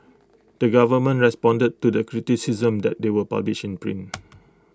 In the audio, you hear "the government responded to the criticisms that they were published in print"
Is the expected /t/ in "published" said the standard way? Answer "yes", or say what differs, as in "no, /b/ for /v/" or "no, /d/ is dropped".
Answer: no, /t/ is dropped